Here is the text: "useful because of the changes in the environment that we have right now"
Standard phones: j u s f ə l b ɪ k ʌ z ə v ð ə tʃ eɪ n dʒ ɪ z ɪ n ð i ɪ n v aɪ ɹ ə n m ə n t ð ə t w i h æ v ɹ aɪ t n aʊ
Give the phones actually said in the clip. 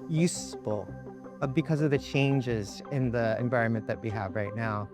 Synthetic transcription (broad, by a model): j u s f l b ɪ k ʌ z ə v ð ə tʃ eɪ n dʒ ɪ z ɪ n ð i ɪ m v aɪ ɹ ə n m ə n ð ə t w i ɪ v ɹ aɪ t n aʊ